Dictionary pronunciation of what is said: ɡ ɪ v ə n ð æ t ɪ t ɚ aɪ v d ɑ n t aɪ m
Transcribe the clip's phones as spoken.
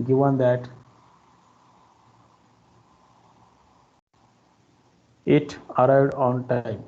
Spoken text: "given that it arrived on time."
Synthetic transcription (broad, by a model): ɡ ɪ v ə n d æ t ɪ t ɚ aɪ d ɑ n t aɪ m